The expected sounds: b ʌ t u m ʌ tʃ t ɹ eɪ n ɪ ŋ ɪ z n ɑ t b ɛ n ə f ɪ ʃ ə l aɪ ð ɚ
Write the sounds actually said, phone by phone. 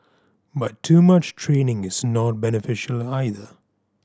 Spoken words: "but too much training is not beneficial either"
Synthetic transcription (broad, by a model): b ʌ t u m ʌ tʃ t ɹ eɪ n ɪ ŋ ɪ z n ɑ t b ɛ n ə f ɪ ʃ ə l aɪ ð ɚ